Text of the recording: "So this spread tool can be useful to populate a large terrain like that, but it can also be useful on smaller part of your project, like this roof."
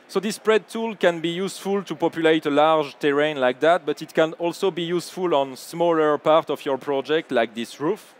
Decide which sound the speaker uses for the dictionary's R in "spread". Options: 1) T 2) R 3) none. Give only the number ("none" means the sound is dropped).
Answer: 2